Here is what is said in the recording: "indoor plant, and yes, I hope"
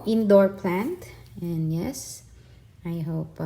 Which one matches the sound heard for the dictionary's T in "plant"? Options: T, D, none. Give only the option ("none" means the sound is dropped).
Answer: T